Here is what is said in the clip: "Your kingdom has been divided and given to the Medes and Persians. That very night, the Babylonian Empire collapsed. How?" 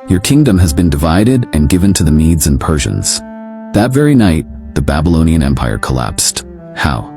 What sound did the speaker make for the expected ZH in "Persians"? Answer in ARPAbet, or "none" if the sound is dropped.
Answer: ZH